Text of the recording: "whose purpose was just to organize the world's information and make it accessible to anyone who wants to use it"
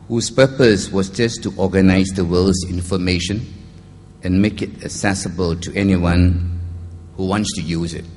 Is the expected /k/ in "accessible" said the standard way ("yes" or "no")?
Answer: no